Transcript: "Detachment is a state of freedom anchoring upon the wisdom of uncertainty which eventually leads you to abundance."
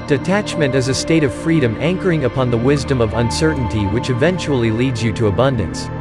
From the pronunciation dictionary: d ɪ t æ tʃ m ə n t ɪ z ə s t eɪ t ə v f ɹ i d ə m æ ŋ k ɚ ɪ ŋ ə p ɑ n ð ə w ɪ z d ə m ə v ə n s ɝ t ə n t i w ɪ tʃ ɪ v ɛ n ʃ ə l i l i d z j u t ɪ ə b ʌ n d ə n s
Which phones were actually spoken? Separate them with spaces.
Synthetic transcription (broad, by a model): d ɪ t æ tʃ m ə n t ɪ z ə s t eɪ t ə v f ɹ i d ə m æ ŋ k ɚ ɪ ŋ ə p ɑ n ð ə w ɪ z d ə m ə v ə n s ɝ t n t i w ɪ tʃ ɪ v ɛ n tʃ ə l i l i d z j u t ɪ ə b ʌ n d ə n s